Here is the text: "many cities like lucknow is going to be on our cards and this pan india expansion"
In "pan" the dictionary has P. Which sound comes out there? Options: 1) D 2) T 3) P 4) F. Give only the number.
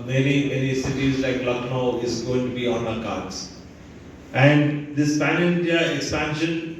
4